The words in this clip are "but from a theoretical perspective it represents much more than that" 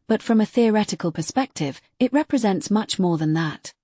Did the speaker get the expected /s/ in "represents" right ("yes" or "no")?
yes